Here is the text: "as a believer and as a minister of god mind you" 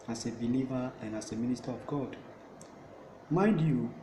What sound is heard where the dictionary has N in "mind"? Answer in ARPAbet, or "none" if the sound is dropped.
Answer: none